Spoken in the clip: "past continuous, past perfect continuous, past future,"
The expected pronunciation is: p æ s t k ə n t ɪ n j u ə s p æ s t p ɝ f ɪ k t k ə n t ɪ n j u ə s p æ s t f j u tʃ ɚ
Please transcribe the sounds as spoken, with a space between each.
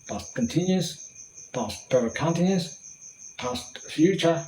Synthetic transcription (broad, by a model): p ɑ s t k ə n t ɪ n j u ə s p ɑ s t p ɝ ɪ k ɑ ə n t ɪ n j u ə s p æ s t f j u tʃ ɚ